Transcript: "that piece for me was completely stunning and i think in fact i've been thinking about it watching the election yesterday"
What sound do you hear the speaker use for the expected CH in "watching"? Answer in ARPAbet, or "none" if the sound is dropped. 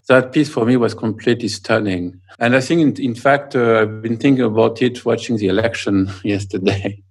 CH